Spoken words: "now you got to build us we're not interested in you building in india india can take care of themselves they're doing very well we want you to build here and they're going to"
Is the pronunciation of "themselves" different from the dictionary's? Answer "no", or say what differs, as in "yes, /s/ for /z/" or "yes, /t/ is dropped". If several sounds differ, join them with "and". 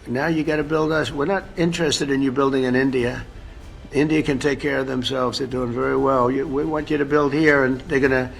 no